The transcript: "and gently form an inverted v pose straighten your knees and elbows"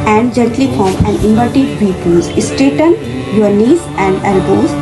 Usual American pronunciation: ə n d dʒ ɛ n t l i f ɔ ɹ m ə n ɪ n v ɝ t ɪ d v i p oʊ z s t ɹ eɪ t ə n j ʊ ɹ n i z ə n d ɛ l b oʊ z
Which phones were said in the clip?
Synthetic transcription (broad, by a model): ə n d dʒ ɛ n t l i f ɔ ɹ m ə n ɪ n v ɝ t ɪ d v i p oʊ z s t eɪ t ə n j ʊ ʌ n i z ə n d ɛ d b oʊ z